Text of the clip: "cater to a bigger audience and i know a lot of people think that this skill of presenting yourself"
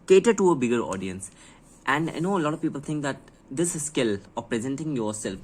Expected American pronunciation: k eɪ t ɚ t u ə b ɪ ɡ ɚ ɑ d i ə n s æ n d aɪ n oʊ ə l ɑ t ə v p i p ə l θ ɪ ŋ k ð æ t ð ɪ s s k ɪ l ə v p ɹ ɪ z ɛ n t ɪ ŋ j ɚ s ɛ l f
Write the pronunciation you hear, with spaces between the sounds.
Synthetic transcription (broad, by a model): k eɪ t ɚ t u ə b ɪ ɡ ɚ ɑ d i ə n s æ n d aɪ n oʊ ə l ɑ t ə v p i p ə l t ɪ ŋ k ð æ t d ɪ s s k ɪ l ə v p ɹ ɪ z ɛ n t ɪ ŋ j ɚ s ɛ l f